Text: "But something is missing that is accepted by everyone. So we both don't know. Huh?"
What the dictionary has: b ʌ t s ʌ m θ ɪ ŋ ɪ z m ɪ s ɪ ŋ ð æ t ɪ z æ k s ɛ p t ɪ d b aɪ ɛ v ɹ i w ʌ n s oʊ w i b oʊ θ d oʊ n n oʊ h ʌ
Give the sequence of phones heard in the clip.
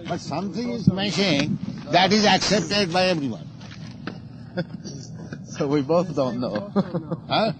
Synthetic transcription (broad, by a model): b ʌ t s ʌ m t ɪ ŋ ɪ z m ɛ ʃ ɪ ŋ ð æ t ɪ z æ k s ɛ p t ɪ d b aɪ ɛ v ɹ i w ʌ n s oʊ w i b oʊ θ d oʊ n n oʊ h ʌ